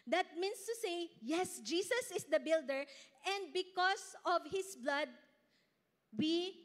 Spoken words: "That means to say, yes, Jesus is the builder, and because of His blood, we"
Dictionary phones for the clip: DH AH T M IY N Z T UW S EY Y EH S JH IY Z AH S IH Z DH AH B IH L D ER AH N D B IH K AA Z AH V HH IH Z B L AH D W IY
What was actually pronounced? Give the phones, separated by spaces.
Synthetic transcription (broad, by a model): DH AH T M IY N S T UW S EY Y EH S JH IY S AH S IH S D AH B IH L D ER AH N D B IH K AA S AH V HH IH S B L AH D W IY